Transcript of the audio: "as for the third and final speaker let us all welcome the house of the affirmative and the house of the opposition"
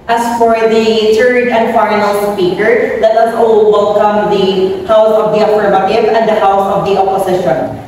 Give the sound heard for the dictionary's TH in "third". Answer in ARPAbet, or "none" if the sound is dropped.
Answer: T